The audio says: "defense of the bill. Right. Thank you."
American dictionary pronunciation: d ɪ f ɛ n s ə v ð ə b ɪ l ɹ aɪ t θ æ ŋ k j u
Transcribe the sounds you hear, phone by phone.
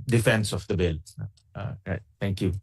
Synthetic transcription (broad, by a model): d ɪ f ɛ n s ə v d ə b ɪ l ɹ aɪ t t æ ŋ k j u